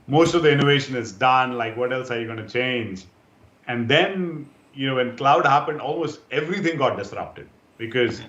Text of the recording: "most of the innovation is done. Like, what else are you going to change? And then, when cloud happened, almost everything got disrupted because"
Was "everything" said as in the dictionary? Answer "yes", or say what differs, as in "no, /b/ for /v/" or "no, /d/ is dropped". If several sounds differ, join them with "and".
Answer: no, /t/ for /θ/